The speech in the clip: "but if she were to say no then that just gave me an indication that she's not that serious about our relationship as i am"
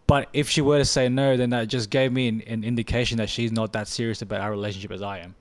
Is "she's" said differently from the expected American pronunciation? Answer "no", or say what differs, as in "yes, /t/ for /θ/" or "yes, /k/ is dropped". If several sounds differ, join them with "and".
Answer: no